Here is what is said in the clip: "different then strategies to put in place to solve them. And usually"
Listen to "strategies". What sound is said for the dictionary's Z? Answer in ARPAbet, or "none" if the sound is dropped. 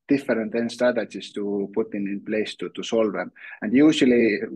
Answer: S